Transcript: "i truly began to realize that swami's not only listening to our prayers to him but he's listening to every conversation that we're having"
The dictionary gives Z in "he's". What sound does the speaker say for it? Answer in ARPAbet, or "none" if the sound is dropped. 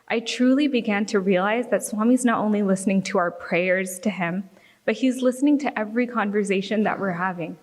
Z